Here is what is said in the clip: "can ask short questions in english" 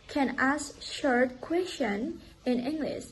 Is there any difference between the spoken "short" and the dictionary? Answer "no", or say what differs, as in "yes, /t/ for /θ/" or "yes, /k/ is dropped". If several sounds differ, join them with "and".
no